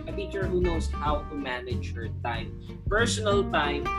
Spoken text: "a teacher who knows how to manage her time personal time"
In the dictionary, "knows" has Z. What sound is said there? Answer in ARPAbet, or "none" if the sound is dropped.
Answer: S